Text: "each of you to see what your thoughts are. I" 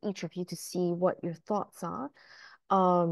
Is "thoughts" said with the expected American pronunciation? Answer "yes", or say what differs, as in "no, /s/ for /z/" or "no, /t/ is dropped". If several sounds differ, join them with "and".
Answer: yes